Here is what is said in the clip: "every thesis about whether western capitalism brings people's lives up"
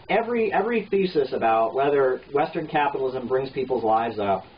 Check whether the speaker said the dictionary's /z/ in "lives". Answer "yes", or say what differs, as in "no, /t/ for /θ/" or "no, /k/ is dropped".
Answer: yes